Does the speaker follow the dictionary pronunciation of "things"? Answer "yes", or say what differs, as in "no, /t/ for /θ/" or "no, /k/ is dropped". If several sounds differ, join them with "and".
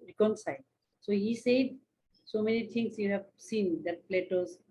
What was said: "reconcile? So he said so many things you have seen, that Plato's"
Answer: no, /t/ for /θ/ and /s/ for /z/